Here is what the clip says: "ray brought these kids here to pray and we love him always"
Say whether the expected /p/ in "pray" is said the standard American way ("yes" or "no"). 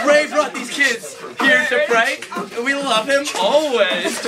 no